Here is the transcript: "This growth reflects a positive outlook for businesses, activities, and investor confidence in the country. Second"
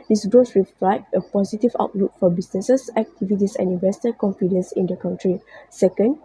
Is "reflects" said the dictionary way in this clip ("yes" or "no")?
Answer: no